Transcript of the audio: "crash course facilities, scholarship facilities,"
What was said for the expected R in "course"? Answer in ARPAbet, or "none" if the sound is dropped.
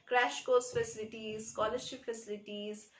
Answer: L